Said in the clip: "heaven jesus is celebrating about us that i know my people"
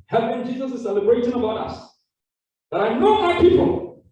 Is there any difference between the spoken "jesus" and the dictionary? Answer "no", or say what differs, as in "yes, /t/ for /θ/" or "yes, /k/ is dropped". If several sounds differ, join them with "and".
no